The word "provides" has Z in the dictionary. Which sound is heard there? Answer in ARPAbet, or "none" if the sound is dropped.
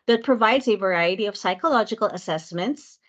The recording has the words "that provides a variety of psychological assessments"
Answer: Z